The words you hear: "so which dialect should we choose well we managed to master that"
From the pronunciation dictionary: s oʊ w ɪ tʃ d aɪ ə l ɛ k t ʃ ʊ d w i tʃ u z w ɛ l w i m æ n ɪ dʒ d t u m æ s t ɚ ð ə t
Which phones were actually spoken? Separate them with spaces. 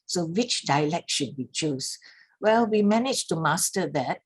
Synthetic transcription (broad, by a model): s oʊ w ɪ tʃ d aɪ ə l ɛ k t ʃ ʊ d w i tʃ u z w ɛ l w i m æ n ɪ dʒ t u m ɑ s t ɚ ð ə t